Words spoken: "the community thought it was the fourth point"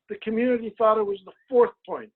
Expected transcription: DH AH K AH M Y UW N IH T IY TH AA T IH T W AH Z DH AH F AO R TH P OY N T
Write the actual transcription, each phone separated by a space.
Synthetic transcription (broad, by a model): DH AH K AH M Y UW N IH T IY TH AA T IH T W AH Z DH AH F AO R TH P OY N T